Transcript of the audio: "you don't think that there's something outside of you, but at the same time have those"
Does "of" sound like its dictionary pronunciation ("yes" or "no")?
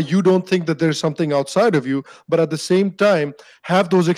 yes